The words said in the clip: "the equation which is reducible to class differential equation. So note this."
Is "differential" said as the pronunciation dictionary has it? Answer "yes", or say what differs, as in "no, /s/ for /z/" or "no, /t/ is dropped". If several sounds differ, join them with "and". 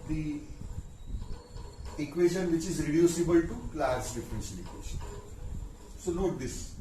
no, /n/ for /l/